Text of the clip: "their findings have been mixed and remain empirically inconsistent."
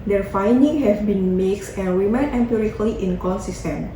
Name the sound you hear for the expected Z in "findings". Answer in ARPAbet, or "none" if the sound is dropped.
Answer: none